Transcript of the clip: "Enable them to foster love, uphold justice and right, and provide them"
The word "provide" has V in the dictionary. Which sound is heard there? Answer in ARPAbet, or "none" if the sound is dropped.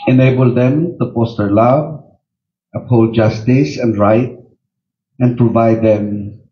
V